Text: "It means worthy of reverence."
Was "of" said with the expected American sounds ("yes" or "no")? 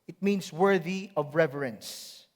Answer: yes